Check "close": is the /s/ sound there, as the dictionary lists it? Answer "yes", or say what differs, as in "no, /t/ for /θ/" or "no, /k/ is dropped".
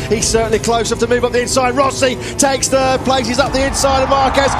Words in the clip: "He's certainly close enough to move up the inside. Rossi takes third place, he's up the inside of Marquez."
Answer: no, /s/ is dropped